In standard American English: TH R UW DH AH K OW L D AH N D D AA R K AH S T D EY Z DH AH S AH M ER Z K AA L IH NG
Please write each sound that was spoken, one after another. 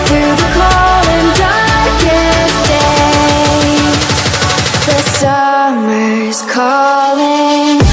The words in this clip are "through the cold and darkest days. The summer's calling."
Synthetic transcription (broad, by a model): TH R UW DH AH K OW L AH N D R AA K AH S D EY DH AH S AH M ER Z K AA L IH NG